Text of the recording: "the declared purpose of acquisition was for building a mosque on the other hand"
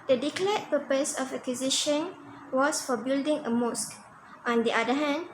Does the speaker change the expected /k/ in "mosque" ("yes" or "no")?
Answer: no